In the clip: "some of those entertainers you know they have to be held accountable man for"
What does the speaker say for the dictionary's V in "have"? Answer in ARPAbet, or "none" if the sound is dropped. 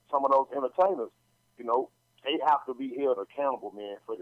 F